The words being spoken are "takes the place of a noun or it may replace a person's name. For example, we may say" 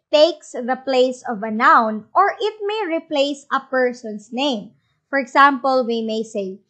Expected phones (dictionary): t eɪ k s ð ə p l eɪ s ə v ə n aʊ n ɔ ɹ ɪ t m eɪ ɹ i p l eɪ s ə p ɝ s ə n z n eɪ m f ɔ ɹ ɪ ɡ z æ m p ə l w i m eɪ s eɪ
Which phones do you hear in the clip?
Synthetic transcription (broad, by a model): t eɪ k s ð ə p l eɪ s ə v ə n aʊ n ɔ ɹ ɪ t m eɪ ɹ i p l eɪ s ə p ɝ s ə n s n eɪ m f ɔ ɹ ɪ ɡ s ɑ m p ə l w i m eɪ s eɪ